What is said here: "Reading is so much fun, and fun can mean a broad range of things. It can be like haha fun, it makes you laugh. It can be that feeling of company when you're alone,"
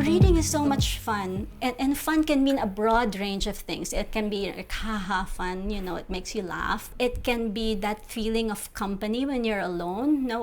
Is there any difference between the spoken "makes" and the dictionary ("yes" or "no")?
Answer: no